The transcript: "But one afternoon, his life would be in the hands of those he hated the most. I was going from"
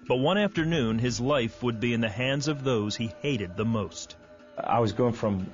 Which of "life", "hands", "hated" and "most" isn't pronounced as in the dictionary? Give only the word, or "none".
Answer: none